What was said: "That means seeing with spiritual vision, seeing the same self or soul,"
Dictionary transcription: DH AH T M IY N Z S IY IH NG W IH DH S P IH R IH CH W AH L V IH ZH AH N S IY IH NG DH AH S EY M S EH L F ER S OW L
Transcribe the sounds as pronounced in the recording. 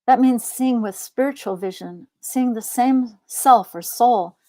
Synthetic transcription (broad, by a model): DH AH T M IY N Z S IY IH NG W IH DH S P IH R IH CH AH L V IH ZH AH N S IY IH NG DH AH S EY M S EH L F ER S OW L